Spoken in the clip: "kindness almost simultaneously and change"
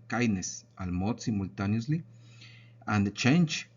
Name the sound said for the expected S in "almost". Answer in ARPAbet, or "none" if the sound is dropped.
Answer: none